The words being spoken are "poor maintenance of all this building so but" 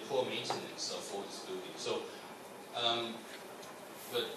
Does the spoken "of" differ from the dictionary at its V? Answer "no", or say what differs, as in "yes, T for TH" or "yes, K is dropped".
yes, F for V